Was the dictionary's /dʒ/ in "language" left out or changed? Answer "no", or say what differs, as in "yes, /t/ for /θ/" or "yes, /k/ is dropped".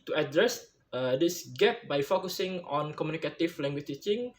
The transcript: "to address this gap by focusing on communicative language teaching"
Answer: yes, /tʃ/ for /dʒ/